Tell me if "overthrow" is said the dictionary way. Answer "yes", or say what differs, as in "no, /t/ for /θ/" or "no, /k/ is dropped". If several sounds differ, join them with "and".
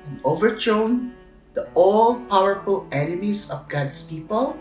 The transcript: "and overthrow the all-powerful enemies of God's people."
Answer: no, /t/ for /θ/